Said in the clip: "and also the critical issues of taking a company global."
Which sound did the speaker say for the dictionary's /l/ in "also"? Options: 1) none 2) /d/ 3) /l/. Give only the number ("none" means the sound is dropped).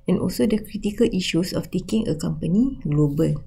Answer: 3